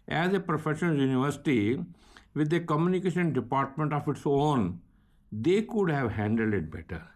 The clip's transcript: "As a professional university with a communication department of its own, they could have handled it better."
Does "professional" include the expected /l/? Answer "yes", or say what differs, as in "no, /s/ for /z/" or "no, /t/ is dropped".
no, /n/ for /l/